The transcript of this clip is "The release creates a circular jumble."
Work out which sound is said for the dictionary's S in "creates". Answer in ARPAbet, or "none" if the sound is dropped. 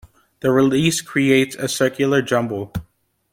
S